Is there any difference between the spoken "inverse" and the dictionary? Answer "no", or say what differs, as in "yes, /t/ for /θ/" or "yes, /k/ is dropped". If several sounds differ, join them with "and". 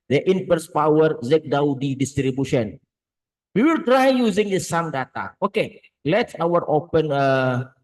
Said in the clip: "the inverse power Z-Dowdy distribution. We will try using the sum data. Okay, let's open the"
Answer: yes, /p/ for /v/